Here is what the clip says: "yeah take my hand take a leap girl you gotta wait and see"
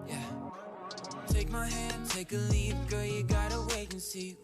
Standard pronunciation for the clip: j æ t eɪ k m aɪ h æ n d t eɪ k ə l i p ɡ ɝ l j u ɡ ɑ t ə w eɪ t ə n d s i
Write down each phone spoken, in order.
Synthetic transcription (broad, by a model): j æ t eɪ k m aɪ h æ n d t eɪ k ə l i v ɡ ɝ j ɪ ɡ ɑ t ə w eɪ ə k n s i